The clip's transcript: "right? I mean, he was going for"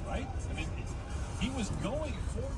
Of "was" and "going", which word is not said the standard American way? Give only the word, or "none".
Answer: none